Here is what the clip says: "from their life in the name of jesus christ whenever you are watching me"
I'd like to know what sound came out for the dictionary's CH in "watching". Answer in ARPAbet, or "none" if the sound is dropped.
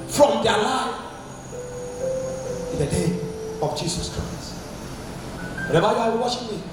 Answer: SH